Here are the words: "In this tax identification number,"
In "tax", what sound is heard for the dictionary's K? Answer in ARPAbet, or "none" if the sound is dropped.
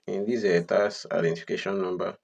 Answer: none